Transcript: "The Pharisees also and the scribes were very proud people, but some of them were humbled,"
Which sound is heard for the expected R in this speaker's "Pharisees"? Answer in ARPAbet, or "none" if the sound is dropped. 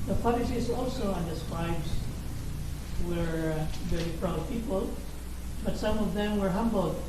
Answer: L